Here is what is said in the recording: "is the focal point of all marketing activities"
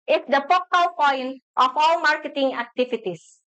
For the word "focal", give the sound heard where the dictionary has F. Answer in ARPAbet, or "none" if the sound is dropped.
P